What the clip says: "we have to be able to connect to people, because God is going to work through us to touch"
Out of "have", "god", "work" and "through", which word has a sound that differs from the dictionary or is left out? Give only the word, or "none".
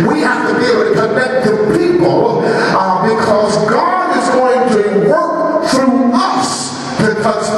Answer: have